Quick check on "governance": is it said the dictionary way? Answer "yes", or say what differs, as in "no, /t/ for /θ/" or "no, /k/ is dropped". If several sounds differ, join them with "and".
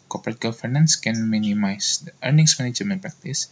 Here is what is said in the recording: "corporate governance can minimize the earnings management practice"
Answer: no, /f/ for /v/